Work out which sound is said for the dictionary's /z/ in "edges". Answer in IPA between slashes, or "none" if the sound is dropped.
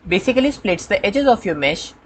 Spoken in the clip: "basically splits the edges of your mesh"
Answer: /z/